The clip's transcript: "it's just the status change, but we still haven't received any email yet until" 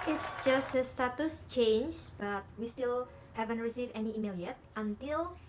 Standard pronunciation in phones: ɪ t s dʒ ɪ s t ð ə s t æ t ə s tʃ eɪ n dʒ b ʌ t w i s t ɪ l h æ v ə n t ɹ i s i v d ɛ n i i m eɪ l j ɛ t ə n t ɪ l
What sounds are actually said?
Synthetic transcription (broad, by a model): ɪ t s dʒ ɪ s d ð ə s t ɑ t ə s tʃ eɪ n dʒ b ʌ t w i s t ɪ l h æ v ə n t ɹ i s i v ɛ n i i m eɪ l j ɛ t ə n t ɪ l